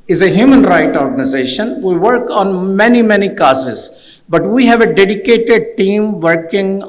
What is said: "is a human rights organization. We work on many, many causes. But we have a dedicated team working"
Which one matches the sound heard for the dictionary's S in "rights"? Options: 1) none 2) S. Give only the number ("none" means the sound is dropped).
1